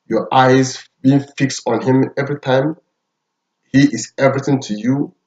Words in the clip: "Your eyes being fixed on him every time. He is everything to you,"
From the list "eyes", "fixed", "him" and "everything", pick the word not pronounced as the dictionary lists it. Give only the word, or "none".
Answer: none